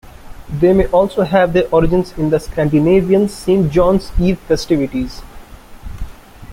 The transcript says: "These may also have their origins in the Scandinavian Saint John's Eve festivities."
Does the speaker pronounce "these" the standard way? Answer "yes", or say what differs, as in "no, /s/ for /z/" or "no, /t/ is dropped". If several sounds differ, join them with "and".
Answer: no, /z/ is dropped